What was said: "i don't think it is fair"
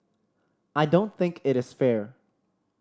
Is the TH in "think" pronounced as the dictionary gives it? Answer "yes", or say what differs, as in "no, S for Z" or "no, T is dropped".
yes